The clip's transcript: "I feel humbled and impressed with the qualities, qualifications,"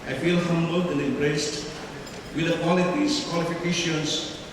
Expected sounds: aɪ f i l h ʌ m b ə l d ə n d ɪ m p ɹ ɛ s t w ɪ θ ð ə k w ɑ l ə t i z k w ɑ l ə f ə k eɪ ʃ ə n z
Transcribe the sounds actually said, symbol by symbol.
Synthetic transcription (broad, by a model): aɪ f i l h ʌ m b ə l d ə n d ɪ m b ɹ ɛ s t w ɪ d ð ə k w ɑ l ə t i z k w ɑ l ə f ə k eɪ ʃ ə n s